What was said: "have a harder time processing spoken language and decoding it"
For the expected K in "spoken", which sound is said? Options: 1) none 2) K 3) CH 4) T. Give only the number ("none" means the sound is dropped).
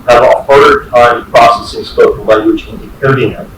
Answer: 1